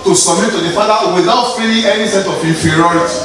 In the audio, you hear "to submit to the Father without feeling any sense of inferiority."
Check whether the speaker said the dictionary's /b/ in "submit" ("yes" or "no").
no